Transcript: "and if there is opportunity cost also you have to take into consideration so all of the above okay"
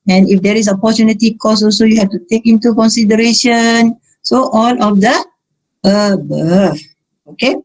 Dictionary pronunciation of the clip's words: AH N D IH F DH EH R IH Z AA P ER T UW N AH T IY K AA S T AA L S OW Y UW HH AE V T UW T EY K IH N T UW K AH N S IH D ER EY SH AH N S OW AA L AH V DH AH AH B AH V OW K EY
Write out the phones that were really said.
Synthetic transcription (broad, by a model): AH N IH F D EH R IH S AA P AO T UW N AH T IY K AA S AA L S OW Y UW HH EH F T UW T EY K IH N T UW K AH N S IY D ER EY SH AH N S OW AA L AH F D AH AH B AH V OW K EY